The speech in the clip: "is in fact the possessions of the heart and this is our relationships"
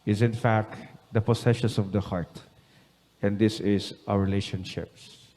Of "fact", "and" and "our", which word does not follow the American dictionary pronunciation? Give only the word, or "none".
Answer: our